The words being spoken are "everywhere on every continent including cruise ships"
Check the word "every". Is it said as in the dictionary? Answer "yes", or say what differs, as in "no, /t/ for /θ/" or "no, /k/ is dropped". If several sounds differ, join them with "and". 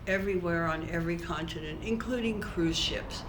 yes